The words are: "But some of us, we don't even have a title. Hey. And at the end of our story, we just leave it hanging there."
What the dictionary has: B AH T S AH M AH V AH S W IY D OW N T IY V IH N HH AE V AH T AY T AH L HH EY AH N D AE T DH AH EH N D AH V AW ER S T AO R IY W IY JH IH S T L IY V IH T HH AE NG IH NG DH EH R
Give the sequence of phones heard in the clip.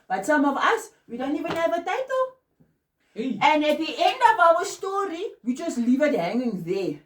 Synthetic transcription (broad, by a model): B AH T S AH M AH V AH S W IY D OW N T IY V IH N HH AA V AH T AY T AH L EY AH N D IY T EH N D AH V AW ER S T AO R IY W IY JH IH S L IY V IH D HH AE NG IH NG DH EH